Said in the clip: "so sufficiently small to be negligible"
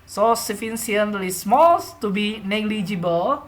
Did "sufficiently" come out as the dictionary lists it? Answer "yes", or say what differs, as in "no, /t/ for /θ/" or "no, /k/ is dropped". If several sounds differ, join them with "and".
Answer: no, /s/ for /ʃ/